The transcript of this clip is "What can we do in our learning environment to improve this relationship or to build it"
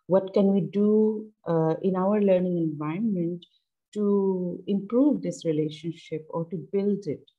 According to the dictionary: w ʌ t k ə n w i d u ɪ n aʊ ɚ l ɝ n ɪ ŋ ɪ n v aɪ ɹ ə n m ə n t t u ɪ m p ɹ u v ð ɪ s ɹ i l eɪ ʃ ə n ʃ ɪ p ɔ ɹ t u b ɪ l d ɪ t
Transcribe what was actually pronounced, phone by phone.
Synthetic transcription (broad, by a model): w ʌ t k ə n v i d u ɪ n aʊ ɚ l ɝ n ɪ ŋ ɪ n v aɪ ə n m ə n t t u ɪ m p ɹ u v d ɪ s ɹ i l eɪ ʃ ə n ʃ ɪ p ɔ ɹ t u b ɪ l d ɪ t